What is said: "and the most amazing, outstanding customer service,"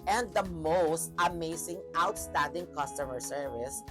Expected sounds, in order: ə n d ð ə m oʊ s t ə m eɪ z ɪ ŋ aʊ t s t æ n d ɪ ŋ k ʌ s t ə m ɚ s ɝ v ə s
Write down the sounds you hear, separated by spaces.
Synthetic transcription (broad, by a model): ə n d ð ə m oʊ s t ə m eɪ s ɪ ŋ aʊ t s t æ n d ɪ ŋ k ʌ s t ə m ɚ s ɝ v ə s